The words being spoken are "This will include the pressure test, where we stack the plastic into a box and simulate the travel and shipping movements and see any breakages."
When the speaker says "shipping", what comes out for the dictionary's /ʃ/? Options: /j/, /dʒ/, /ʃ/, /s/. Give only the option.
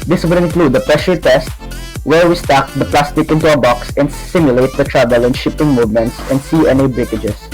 /ʃ/